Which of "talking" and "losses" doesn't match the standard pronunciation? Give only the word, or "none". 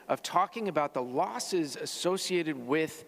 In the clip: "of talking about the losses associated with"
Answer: none